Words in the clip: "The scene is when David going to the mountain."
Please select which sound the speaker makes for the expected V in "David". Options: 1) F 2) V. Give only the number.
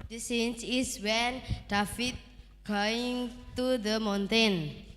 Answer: 1